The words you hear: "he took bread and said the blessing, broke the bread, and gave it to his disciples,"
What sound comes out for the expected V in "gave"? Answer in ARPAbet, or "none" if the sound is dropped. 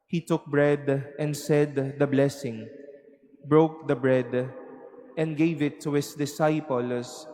V